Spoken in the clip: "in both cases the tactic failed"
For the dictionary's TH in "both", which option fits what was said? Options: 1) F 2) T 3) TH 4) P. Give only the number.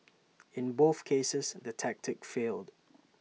3